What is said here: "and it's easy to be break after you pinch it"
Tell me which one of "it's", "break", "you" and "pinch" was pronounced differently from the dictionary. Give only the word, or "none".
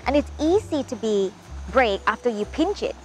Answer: none